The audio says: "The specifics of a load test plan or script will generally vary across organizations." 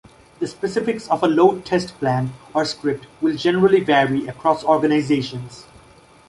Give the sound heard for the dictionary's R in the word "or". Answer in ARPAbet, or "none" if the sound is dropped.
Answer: R